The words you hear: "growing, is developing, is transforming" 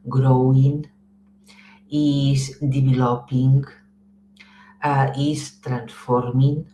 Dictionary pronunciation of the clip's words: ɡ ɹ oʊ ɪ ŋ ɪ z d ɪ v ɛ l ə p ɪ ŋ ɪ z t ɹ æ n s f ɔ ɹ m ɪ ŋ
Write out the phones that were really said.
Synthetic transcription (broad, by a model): ɡ ɹ oʊ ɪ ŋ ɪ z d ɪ b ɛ l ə p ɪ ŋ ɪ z t ɹ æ n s f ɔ ɹ m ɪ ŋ